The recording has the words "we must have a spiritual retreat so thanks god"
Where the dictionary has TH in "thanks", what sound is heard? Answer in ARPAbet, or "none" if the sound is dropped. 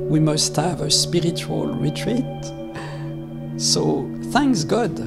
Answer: TH